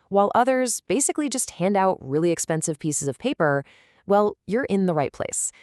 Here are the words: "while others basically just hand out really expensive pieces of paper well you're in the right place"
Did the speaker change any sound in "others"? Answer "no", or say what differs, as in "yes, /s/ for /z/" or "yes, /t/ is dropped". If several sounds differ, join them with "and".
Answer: no